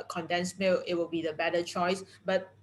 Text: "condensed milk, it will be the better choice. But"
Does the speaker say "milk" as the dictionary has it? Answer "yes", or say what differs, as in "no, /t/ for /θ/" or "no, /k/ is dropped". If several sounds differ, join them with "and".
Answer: no, /k/ is dropped